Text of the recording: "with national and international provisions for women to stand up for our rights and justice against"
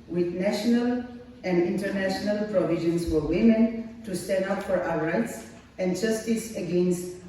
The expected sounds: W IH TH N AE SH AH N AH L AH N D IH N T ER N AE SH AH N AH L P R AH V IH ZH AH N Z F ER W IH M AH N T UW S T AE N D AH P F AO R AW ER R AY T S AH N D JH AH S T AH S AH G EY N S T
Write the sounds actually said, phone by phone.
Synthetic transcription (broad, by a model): W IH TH N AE SH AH N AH L AH N D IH N T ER N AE SH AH N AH L P R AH V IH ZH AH N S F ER W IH M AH N T UW S T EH N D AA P F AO R AW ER R AY T S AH N JH AH S T AH S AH G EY N S T